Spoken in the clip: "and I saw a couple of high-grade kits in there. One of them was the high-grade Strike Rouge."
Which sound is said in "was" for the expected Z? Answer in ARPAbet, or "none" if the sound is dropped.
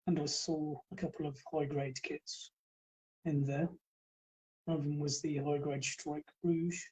Z